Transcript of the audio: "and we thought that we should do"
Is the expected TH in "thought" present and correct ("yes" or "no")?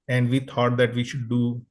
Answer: no